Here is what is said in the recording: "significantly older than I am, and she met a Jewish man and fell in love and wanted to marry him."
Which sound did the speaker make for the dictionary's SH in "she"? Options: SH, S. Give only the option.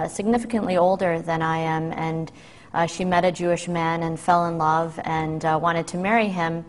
SH